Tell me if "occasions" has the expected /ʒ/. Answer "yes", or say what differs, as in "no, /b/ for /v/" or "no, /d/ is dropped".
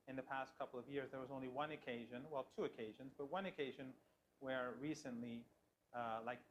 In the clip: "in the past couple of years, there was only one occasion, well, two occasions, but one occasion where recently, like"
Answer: yes